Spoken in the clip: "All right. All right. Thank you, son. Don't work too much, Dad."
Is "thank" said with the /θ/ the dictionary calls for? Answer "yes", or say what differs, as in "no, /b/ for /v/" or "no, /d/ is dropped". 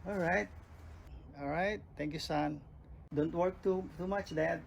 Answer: no, /t/ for /θ/